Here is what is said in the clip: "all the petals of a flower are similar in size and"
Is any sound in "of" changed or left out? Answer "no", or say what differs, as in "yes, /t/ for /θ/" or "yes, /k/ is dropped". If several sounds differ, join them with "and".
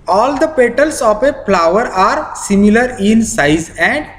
yes, /p/ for /v/